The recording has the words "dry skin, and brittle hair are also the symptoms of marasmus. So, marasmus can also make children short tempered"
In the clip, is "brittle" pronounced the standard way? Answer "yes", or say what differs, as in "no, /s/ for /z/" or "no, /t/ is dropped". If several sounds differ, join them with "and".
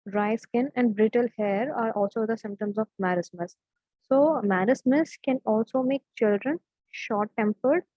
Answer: yes